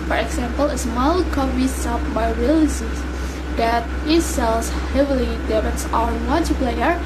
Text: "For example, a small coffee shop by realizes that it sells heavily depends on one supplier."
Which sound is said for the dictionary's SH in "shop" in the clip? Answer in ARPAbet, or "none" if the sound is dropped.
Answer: S